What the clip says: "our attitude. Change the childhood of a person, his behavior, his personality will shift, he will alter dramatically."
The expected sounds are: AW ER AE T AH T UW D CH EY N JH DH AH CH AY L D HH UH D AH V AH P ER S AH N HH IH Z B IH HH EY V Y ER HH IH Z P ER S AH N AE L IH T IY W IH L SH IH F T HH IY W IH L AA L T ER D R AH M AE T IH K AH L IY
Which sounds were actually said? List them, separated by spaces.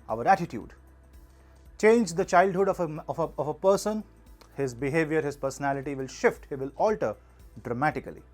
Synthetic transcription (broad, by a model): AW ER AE T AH T UW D CH EY N JH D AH CH AY L D HH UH D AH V AH P ER S AH N HH IH Z B IH HH EY V Y ER HH IH Z P ER S AH N AE L IH T IY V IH L SH IH F T HH IY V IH L AA L T ER D R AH M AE T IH K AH L IY